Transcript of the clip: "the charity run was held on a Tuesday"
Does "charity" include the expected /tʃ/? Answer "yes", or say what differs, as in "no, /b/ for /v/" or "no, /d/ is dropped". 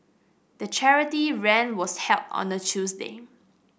yes